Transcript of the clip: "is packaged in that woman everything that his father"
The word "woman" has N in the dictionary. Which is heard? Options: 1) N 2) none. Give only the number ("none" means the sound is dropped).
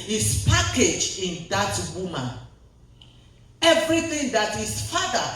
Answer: 2